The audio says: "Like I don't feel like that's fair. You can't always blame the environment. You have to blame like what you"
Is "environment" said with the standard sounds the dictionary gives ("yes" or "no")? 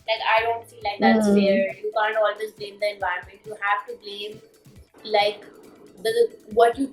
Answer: yes